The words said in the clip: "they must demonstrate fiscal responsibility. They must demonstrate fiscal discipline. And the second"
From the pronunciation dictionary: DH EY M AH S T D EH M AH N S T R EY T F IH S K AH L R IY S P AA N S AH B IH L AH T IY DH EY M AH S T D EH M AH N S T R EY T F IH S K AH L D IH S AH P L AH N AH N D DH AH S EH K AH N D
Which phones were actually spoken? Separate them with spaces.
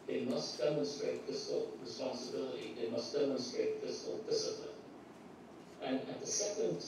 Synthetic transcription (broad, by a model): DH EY M AH S T D EH M AH N S T R EY T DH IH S AH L R IY S P AA N S AH B IH L AH T IY DH EY M AH S T D EH M AH N S T R EY T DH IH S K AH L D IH S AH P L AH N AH N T DH AH S EH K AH N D